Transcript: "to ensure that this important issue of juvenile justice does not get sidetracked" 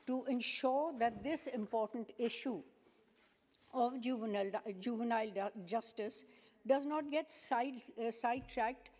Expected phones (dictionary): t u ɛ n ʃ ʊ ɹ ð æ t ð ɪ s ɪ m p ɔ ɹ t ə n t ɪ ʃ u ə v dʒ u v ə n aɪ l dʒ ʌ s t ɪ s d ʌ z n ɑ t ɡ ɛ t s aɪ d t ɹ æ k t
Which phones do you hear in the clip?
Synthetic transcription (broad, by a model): t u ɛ n ʃ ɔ ɹ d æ t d ɪ s ɪ m p ɔ ɹ t ə n t ɪ ʃ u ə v dʒ u v ə n aɪ l dʒ ʌ s t ɪ s d ʌ z n ɑ t ɡ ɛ t s aɪ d t ɹ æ k t